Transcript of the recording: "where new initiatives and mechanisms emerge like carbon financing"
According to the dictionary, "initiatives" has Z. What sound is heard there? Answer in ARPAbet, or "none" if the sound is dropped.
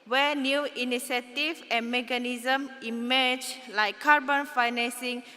none